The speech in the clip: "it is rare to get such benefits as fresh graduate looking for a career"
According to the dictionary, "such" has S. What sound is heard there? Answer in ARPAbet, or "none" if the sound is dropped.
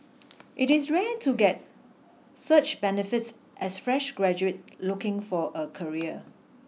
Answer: S